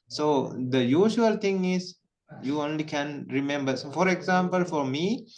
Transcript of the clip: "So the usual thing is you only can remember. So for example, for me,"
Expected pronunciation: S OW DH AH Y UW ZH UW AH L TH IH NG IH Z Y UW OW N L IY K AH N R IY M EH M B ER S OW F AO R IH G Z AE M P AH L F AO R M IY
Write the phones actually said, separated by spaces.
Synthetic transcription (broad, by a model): S OW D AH Y UW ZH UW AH L T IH NG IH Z Y UW OW N L IY K AH N R IY M EH M B ER S OW F AO R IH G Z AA M P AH L F AO R M IY